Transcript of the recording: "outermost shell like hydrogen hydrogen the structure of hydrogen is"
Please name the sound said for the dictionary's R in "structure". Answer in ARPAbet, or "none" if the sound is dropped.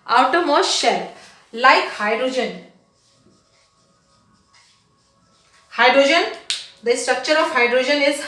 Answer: R